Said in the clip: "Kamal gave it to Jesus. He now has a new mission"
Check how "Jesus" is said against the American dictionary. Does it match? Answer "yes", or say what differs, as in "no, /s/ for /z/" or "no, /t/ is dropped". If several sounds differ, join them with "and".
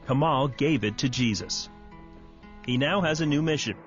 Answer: yes